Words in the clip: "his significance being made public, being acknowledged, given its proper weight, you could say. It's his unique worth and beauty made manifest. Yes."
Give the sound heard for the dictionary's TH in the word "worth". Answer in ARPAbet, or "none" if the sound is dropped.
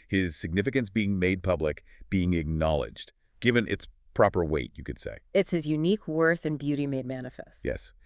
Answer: TH